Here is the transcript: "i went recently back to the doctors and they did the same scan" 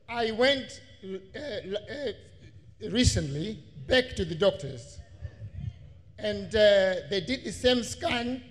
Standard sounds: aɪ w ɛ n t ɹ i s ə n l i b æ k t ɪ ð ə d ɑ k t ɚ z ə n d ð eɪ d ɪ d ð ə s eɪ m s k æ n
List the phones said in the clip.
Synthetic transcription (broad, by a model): aɪ w ɛ n t ɹ i s ə n l i b æ k t ɪ ð ə d ɑ k t ɚ z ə n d ð eɪ d ɪ d ð ə s eɪ m s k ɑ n